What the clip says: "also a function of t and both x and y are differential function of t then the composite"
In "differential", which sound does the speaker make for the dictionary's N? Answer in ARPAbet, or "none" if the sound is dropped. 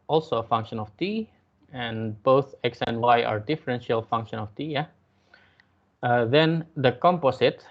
N